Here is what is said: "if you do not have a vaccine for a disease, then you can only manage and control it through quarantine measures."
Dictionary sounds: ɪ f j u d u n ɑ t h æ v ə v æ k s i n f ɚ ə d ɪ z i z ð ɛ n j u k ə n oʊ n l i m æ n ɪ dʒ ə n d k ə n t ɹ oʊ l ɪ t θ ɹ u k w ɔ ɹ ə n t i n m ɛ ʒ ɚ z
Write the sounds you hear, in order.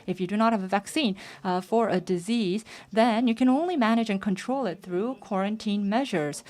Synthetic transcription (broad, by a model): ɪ f j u d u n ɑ t h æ v ə v æ k s i n f ɚ ə d ɪ z i z ð ɛ n j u k ə n oʊ n l i m æ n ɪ dʒ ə n k ə n t ɹ oʊ l ɪ t θ ɹ u k w ɔ ɹ ə n t i n m ɛ ʒ ɚ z